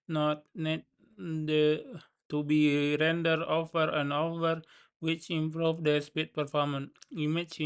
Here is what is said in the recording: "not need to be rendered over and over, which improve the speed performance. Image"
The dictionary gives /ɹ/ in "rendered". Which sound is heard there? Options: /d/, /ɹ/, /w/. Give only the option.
/ɹ/